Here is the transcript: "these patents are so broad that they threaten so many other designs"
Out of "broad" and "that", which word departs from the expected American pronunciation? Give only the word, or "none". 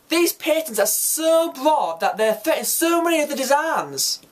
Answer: broad